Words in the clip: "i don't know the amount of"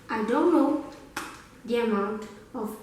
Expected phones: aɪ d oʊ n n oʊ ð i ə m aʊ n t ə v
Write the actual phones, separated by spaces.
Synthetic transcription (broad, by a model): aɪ d oʊ n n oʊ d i ə m aʊ n t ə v